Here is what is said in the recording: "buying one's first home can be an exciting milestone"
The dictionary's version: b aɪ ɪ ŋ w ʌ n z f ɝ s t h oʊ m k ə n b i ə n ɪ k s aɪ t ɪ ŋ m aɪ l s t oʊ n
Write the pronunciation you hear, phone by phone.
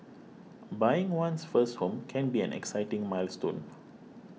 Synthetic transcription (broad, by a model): b aɪ ɪ ŋ w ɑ n s f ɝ s t h oʊ m k ə n b i ə n ɪ k s aɪ t ɪ ŋ m aɪ l s t oʊ n